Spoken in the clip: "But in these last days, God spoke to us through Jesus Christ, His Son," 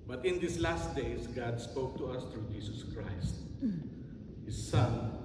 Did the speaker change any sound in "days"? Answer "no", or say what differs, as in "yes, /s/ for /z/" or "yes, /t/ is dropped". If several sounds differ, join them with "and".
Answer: yes, /s/ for /z/